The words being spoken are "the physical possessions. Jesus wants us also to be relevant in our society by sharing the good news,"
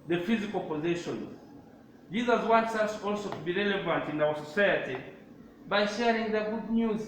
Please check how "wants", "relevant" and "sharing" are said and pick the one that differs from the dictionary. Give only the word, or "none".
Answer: none